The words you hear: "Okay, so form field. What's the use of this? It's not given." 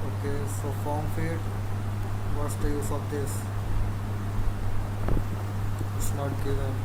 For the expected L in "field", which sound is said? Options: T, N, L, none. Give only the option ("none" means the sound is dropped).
none